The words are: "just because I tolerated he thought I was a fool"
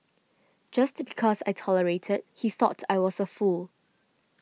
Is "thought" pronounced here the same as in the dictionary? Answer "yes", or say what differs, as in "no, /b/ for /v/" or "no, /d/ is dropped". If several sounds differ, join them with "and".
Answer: yes